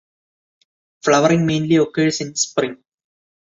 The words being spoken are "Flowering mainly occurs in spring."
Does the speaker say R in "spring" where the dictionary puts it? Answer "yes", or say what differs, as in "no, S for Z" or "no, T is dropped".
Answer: yes